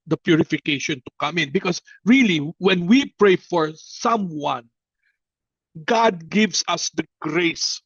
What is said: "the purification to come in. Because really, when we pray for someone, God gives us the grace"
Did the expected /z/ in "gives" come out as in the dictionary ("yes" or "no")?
no